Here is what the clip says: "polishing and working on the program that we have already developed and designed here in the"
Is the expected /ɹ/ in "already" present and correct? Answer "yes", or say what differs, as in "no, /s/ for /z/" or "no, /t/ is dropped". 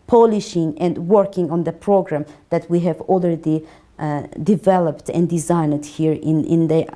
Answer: no, /l/ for /ɹ/